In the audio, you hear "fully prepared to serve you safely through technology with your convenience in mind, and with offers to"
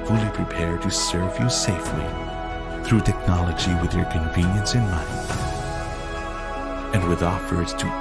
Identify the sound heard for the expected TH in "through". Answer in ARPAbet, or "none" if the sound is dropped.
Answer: TH